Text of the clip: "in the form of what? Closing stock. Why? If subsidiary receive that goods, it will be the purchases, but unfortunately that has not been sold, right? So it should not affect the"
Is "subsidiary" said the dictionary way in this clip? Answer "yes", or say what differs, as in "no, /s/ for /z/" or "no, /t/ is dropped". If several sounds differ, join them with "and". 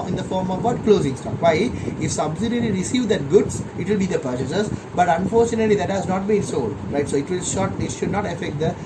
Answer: no, /l/ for /ɹ/